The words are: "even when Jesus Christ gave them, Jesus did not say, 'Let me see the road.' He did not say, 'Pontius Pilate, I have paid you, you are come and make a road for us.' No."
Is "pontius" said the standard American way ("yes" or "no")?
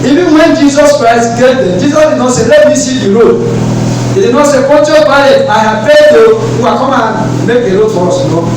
no